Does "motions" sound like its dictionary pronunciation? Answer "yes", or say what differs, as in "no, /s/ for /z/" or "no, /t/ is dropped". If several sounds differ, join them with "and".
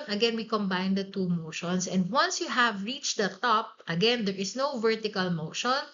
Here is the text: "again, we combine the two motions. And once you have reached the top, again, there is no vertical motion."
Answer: no, /s/ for /z/